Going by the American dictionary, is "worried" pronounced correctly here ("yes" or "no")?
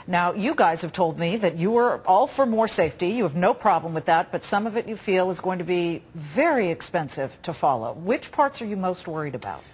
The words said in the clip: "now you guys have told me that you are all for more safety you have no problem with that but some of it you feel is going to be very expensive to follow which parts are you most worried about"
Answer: yes